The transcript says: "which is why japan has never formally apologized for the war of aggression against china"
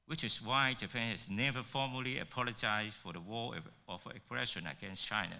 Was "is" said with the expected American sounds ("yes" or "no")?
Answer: no